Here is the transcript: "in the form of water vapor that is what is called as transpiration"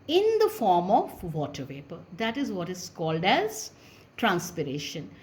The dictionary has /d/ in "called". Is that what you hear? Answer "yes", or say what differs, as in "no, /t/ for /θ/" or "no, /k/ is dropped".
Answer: yes